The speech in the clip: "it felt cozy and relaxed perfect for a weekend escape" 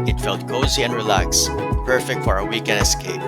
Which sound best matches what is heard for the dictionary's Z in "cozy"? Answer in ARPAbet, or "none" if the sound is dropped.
Z